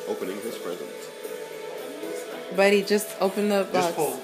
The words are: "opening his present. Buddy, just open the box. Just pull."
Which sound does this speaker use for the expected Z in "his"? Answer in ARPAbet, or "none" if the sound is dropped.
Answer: S